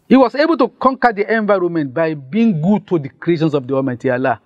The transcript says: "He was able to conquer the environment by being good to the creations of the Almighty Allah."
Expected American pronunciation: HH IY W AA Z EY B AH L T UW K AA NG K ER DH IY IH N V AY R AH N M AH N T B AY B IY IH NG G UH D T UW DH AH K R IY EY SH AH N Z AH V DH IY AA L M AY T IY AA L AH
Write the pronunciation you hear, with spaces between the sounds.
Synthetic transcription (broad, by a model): HH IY W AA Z EY B AH L T UW K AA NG K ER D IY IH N V AY R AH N M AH N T B AY B IY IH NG G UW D T UW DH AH K R IY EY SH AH N S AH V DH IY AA M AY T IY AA L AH